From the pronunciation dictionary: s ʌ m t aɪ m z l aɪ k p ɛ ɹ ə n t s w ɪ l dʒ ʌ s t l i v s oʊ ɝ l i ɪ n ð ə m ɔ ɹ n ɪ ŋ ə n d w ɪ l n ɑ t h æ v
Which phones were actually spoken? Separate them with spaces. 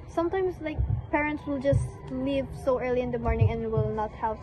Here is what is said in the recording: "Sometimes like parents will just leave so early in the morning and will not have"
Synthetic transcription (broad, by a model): s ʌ m t aɪ m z l aɪ k p ɛ ɹ ə n t s w ɪ l dʒ ʌ s t l i v s oʊ ɝ l i ɪ n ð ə m ɔ ɹ n ɪ ŋ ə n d w ɪ l n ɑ t h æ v